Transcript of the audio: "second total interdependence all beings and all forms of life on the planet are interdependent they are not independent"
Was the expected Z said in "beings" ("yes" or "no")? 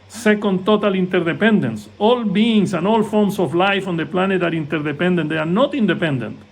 no